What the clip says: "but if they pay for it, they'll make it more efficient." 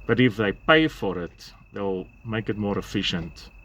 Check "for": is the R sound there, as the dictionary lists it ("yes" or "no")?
yes